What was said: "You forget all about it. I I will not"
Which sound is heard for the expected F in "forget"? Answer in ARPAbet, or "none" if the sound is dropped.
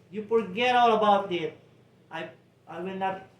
P